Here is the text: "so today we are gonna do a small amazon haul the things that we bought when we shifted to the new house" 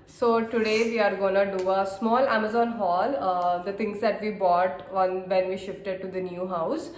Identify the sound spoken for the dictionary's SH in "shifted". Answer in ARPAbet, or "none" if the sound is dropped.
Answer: SH